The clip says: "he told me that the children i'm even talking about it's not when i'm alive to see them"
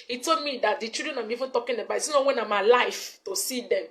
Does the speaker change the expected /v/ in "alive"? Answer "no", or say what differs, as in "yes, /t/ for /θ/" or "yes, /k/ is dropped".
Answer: yes, /f/ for /v/